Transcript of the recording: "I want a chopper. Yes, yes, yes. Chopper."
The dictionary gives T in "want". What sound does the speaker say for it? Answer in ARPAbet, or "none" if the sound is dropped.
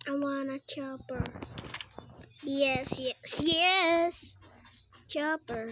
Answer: none